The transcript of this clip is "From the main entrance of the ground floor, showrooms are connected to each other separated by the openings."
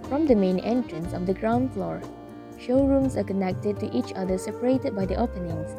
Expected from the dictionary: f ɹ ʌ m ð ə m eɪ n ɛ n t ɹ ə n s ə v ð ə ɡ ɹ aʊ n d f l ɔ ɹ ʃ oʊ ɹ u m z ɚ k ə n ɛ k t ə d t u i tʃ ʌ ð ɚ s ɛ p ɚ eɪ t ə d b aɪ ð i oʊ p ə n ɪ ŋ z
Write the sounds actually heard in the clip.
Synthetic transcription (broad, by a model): f ɹ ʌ m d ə m eɪ n ɛ n t ɹ ə n s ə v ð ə ɡ ɹ aʊ n d f l ɔ ɹ ʃ oʊ ɹ u m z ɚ k ə n ɛ k t ə d t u i tʃ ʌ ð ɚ s ɛ p ɚ eɪ t ə d b aɪ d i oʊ p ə n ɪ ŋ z